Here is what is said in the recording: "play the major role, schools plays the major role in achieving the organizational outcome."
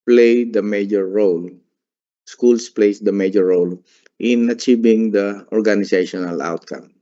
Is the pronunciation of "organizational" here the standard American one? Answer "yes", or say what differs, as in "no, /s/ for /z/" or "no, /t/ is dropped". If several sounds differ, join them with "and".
no, /s/ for /z/